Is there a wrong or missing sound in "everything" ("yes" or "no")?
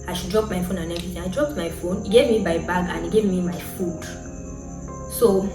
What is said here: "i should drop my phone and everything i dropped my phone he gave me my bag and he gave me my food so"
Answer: yes